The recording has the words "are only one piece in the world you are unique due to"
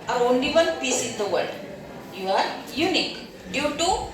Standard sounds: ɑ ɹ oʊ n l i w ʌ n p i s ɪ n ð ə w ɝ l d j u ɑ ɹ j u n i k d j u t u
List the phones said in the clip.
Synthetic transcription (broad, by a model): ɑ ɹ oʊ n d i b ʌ l p i s ɪ n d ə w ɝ d j u ɑ ɹ j u n i k d j u t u